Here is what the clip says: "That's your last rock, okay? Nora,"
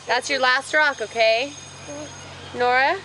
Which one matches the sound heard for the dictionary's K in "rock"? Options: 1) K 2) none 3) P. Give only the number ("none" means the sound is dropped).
1